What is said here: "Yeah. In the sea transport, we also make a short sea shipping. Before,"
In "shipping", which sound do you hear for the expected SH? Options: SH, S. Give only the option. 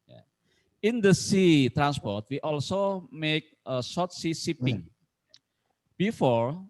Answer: S